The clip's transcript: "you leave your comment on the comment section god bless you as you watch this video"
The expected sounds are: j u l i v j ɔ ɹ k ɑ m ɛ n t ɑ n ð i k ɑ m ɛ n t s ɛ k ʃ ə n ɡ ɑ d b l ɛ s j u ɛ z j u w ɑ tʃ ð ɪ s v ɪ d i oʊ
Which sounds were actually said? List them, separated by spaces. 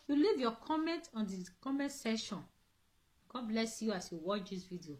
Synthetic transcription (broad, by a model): j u l i v j ɔ k ɑ m ɛ n t ɑ n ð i k ɑ m ɛ n t s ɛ ʃ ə n ɡ ɑ d b l ɛ s j u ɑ s j u w ɑ tʃ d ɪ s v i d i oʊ